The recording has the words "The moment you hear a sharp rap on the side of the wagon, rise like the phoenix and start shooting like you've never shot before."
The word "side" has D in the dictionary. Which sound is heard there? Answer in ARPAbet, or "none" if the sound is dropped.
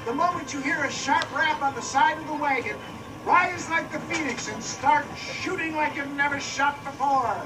D